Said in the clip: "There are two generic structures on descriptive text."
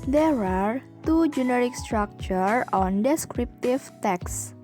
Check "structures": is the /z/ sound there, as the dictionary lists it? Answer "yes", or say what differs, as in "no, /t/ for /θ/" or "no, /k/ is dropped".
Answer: no, /z/ is dropped